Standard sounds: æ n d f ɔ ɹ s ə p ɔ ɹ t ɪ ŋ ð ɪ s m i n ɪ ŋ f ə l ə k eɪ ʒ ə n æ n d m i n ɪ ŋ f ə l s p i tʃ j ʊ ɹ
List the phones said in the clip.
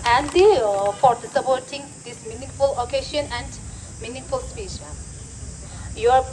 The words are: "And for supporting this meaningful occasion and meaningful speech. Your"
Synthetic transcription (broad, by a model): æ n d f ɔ ɹ s ə p ɔ ɹ t ɪ ŋ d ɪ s m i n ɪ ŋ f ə l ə k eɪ ʃ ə n æ n d m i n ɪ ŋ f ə l s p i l j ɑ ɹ